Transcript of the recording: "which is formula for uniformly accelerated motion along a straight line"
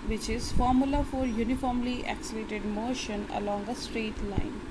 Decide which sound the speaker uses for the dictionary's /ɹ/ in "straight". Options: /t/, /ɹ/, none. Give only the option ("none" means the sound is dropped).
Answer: /ɹ/